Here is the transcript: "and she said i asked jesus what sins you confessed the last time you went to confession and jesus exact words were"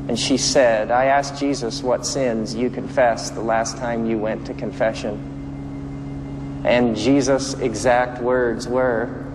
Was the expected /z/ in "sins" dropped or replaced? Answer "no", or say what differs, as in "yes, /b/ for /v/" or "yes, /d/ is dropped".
no